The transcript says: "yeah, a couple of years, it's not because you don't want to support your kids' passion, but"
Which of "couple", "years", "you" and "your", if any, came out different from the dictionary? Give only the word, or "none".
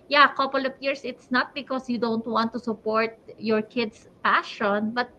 years